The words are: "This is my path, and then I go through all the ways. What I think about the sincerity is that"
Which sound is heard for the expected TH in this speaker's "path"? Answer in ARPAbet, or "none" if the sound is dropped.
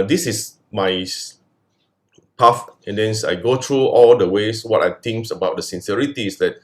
F